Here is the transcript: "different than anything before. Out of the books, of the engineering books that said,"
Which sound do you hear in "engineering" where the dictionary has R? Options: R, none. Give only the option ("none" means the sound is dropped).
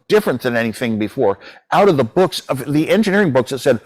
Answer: R